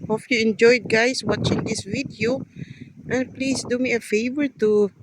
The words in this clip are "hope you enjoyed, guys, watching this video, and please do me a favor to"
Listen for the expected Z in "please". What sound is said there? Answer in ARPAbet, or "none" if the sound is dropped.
S